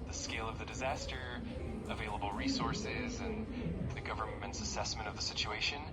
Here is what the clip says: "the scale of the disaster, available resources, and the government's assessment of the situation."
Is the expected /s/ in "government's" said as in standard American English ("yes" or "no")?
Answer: yes